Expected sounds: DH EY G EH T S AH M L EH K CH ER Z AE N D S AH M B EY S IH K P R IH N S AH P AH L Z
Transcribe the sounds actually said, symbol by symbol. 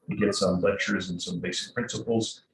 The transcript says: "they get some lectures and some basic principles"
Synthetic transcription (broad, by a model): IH G EH T S AH M L EH K CH ER Z N S AH M B EY S IH K P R IH N S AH P L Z